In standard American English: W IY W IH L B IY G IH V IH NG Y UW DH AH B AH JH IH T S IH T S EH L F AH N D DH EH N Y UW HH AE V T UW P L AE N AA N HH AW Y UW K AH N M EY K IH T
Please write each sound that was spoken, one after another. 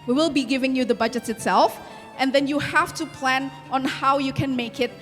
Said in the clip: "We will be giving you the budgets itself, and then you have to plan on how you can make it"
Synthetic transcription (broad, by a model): W IY W IH L B IY G IH V IH NG Y UW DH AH B AH JH IH T S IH T S EH L F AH N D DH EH N Y UW HH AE F T UW P L AE N AA N HH AW Y UW K AH N M EY K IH T